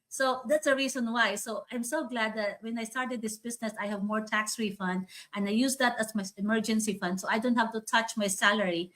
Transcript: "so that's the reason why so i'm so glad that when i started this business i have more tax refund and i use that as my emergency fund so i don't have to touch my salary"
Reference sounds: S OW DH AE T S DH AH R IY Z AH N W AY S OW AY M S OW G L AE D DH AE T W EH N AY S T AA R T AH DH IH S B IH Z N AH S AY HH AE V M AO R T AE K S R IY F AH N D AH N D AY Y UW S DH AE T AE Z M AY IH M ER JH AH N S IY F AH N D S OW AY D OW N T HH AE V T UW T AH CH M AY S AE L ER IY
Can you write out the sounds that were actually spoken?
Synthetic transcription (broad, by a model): S OW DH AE T S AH R IY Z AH N W AY S OW AY M S OW G L AE D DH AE T W EH N AY S T AA R T AH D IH S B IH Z N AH S AY HH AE V M AO R T AE K S R IY F AH N D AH N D AY Y UW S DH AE T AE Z M AY IH M ER JH AH N S IY F AH N D S OW AY D OW N T HH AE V T UW T AH CH M AY S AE L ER IY